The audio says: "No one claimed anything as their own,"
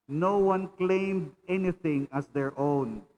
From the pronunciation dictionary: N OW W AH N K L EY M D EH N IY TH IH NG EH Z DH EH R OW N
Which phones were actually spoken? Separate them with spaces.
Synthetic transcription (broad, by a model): N OW W AH N K L EY M D EH N IY TH IH NG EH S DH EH R OW N